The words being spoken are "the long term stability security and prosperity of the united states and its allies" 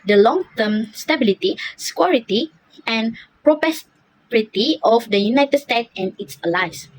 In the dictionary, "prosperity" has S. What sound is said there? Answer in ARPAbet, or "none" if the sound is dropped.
none